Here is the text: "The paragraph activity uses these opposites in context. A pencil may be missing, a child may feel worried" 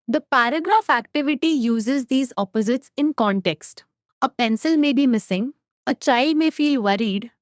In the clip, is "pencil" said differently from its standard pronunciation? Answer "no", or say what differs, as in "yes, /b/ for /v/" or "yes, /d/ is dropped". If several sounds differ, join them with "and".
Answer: no